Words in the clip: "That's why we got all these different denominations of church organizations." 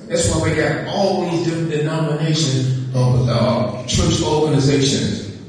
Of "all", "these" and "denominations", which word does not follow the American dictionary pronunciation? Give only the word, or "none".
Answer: none